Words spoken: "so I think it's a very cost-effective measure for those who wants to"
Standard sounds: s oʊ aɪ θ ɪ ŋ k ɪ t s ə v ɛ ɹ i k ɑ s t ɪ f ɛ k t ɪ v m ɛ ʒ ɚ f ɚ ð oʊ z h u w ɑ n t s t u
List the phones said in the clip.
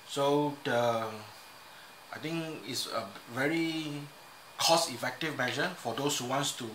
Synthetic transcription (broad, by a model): s oʊ aɪ t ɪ ŋ k ɪ t s ə v ɛ ɹ i k ɑ s ɪ f ɛ k t ɪ v m ɛ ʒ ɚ f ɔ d oʊ s h u w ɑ n s t u